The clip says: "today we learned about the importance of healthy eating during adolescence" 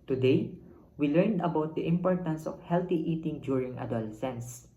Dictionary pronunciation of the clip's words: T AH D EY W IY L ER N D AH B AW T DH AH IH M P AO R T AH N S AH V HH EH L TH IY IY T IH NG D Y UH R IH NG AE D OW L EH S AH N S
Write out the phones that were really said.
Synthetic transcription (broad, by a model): T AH D EY W IY L ER N D AH B AW T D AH IH M P AO R T AH N S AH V HH EH L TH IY IY T IH NG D Y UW R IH NG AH D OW L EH S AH N S